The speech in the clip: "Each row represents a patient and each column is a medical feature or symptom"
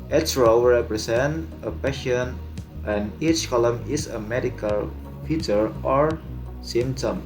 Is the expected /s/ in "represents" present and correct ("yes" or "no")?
no